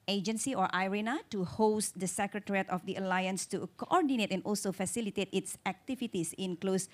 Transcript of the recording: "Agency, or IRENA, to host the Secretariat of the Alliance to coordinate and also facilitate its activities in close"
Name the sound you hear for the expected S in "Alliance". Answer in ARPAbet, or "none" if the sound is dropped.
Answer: S